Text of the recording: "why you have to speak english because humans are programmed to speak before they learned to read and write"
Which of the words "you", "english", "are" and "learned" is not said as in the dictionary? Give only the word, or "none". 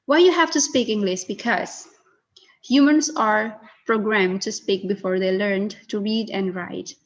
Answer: english